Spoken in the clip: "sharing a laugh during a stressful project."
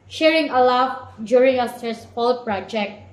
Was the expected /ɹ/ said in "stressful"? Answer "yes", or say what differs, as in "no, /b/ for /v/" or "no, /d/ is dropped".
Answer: no, /ɹ/ is dropped